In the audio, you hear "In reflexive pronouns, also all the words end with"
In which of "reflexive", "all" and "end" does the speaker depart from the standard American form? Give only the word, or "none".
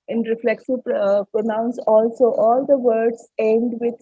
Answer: reflexive